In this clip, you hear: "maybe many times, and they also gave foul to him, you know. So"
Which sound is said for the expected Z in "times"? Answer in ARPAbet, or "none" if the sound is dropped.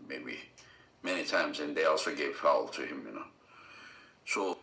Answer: Z